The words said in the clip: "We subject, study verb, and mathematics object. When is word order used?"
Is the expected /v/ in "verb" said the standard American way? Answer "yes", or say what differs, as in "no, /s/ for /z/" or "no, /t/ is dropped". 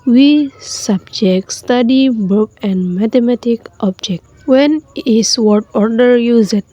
no, /b/ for /v/